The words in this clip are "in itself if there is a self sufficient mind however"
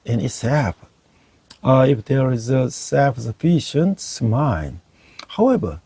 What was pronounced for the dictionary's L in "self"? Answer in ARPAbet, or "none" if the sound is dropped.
none